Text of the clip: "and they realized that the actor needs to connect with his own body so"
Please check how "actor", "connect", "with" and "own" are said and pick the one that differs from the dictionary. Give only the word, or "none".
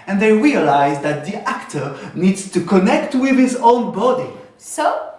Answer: none